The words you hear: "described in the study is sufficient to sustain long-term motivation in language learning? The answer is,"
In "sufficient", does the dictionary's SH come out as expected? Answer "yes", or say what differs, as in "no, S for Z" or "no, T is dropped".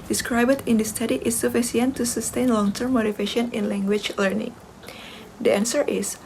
no, S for SH